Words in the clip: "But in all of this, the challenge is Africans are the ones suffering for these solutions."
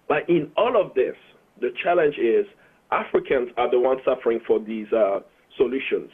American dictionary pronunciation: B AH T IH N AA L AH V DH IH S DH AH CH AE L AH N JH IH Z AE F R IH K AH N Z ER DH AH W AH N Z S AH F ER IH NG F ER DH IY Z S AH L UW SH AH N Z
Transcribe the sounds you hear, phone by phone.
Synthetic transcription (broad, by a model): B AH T IH N AA L AH V DH IH S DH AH CH AE L AH N JH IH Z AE F R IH K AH N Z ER DH AH W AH N S AH F ER IH NG F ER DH IY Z S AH L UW SH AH N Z